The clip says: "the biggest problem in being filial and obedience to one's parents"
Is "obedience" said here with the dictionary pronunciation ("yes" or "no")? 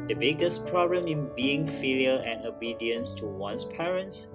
yes